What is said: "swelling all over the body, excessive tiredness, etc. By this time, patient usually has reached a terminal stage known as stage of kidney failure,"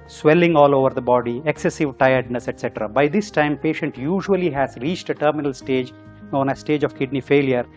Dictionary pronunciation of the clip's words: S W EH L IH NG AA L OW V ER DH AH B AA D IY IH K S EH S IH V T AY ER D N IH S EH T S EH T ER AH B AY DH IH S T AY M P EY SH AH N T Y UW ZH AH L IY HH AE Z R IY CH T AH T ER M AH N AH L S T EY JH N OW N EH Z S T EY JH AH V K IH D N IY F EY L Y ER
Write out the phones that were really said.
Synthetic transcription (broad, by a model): S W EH L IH NG AA L OW V ER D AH B AA D IY IH K S EH S IH V T AY ER D N IH S EH T S EH T ER AH B AY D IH S T AY M P EY SH AH N T Y UW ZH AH L IY HH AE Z R IY CH T AH T ER M AH N AH L S T EY JH N OW N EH S T EY JH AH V K IH D N IY F EY L Y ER